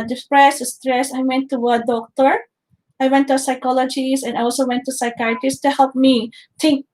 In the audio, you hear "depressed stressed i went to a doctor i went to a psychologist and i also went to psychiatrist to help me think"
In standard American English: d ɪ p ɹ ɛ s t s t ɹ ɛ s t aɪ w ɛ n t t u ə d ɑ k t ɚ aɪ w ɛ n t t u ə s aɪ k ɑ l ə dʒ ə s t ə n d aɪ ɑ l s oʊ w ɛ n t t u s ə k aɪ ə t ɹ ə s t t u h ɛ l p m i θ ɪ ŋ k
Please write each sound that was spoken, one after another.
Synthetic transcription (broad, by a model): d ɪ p ɹ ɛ s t s t ɹ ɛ s aɪ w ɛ n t t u ə d ɑ k t ɚ aɪ w ɛ n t t u s aɪ k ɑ l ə dʒ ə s ə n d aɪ ɑ l s oʊ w ɛ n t t u s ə k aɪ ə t ə s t t u h ɛ l p m i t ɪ ŋ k